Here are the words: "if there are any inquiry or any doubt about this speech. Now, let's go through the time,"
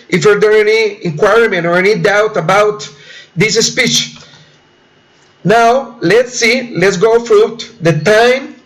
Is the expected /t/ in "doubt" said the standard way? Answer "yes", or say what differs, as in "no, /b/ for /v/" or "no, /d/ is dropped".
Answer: yes